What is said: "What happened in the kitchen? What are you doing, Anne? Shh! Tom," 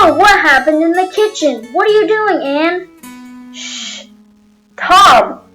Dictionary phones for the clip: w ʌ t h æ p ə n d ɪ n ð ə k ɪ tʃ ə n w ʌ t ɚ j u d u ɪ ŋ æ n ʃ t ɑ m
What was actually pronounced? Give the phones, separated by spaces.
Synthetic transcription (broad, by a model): w ʌ t h æ p ə n d ɪ n ð ə k ɪ tʃ ə n w ʌ t ɚ j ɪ d u ɪ ŋ æ n ʃ t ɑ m